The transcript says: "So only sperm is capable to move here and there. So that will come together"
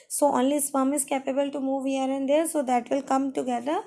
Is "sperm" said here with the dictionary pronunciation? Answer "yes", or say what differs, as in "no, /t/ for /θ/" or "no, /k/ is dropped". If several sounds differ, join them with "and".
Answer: no, /f/ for /p/